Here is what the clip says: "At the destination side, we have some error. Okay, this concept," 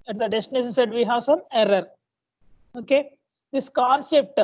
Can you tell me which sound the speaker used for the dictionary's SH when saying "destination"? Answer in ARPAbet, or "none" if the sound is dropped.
S